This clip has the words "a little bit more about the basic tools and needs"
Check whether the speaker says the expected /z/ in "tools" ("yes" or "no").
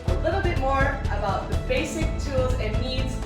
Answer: yes